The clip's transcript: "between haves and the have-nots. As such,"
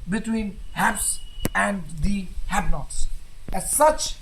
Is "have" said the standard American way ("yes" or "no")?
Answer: no